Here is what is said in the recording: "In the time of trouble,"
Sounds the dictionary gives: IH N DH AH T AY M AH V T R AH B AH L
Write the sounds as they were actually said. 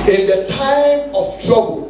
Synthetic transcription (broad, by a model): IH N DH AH T AY M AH F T R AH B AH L